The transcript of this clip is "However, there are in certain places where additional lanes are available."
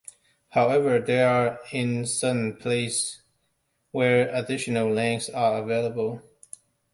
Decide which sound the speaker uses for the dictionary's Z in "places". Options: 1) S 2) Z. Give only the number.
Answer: 1